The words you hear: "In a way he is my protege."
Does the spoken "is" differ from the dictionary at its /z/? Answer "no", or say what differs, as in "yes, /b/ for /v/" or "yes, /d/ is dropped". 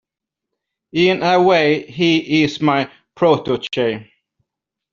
yes, /s/ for /z/